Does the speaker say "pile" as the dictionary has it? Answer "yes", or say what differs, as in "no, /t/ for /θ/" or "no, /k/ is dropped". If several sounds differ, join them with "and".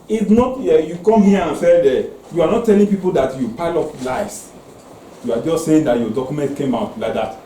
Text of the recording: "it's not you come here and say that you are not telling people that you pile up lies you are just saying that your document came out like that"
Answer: yes